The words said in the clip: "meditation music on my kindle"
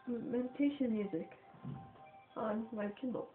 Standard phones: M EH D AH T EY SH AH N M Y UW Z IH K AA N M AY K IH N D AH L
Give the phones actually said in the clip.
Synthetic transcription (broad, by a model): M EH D T EY SH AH N M Y UW Z IH K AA N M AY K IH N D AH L